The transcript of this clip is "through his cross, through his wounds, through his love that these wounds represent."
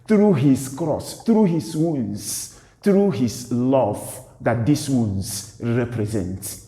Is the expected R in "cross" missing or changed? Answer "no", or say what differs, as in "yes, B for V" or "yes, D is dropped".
no